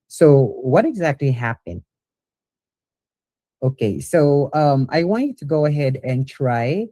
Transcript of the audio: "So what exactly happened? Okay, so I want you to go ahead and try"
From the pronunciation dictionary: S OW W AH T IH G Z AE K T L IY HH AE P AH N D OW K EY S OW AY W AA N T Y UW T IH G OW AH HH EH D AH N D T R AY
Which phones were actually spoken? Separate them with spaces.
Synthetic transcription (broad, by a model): S OW W AH T IH G Z AE K T L IY HH AE P AH N D OW K EY S OW AY W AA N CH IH T IH G OW AH HH EH D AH N T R AY